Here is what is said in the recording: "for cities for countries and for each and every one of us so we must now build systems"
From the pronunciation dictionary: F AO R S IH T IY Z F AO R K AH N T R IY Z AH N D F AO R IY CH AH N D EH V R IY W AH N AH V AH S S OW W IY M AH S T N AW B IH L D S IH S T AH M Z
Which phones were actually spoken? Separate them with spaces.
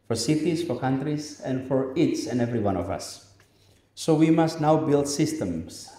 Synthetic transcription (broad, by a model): F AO R S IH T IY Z F AO R K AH N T R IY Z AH N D F AO R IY S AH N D EH V R IY W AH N AH V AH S S OW W IY M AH S T N AW B IH L D S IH S T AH M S